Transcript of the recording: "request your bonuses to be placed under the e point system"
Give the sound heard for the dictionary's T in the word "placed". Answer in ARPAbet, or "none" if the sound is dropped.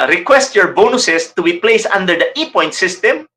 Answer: none